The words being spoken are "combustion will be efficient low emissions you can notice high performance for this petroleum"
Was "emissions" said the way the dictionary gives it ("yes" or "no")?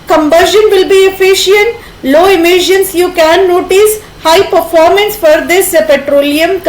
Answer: no